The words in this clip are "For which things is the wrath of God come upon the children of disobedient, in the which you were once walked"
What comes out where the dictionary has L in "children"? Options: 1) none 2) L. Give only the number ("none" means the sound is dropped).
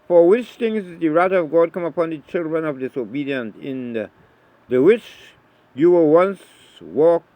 2